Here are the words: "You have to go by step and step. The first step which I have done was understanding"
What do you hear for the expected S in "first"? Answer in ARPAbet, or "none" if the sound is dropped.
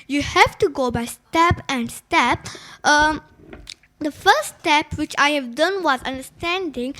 none